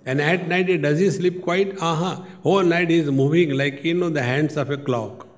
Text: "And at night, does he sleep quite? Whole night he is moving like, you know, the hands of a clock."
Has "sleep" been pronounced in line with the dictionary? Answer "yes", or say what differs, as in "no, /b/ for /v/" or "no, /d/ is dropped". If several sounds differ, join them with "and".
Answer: yes